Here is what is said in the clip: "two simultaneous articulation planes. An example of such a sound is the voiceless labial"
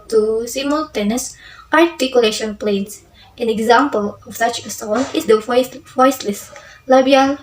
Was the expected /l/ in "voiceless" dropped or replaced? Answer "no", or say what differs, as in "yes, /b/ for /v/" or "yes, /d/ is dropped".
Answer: yes, /w/ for /l/